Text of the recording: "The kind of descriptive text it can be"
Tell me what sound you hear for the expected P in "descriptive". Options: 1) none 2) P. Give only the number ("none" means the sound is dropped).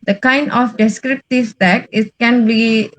2